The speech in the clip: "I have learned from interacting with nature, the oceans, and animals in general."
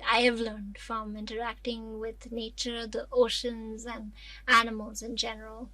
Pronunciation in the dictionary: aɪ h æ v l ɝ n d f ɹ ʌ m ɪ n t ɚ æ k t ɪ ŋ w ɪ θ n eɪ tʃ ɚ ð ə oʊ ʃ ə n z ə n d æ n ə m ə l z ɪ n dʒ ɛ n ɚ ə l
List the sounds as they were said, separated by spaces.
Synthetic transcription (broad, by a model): aɪ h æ v l ɝ n d f ɹ ʌ m ɪ n t ɚ æ k t ɪ ŋ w ɪ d n eɪ tʃ ɚ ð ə oʊ ʃ ə n z ə n d æ n ə m ə l z ɪ n dʒ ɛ n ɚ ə l